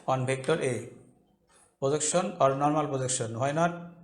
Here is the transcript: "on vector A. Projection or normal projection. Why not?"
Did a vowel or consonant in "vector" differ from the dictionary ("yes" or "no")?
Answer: yes